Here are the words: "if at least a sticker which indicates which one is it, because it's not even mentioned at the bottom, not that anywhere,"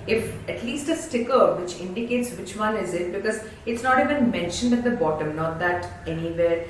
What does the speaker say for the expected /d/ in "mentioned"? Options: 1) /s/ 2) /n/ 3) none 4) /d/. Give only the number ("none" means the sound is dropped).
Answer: 4